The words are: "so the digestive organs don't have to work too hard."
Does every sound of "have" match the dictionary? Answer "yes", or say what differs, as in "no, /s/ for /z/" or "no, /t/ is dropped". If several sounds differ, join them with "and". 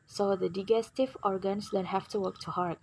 no, /f/ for /v/